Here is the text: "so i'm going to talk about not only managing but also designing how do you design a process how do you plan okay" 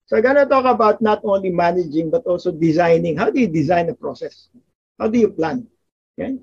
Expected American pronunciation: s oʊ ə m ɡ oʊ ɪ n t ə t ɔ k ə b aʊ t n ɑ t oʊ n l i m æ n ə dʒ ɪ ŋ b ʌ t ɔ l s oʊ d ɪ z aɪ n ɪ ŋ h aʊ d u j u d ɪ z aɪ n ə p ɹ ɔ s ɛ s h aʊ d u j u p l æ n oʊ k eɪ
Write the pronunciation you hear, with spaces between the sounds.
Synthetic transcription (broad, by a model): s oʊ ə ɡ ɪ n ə t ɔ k ə b aʊ t n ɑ t oʊ n l i m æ n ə dʒ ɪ ŋ b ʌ t ɔ l s oʊ d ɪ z aɪ n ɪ ŋ h aʊ d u j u d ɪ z aɪ n ə p ɹ ɔ s ɛ s h aʊ d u j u p l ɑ n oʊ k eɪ